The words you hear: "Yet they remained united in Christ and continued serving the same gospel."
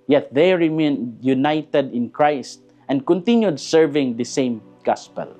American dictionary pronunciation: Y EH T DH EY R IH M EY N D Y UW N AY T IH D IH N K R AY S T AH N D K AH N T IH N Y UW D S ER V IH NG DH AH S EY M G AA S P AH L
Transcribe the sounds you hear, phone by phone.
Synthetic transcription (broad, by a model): Y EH T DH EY R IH M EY N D Y UW N AY T IH D IH N K R AY S T AH N D K AH N T IH N Y UW D S ER V IH NG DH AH S EY M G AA S P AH L